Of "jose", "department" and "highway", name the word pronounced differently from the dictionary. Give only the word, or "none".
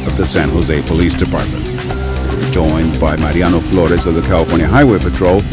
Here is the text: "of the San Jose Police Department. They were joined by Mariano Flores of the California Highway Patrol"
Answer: none